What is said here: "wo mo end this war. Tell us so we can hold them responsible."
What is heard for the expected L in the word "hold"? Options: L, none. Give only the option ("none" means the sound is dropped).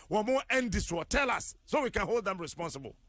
L